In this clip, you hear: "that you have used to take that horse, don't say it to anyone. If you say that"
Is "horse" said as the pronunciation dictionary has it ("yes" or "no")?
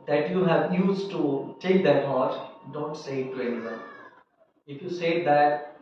no